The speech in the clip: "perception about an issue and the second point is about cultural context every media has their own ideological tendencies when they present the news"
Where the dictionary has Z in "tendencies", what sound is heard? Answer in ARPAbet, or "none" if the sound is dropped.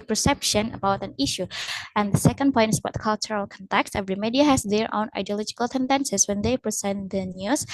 S